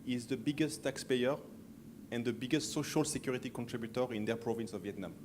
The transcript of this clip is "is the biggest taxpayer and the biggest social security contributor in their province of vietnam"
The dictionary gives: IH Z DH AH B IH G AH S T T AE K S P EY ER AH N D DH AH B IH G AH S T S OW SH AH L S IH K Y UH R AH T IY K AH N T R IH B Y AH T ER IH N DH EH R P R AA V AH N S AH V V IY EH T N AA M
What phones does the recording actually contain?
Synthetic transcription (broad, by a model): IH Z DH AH B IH G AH S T T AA K S P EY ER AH N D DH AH B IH G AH S T S OW SH AH L S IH K Y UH R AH T IY K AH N T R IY B Y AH T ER IH N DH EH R P R AA V AH N S AH V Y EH T N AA M